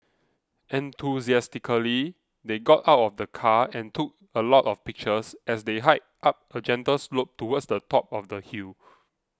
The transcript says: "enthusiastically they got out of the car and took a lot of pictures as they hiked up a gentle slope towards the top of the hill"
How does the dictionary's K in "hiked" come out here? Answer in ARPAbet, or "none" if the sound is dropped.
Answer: none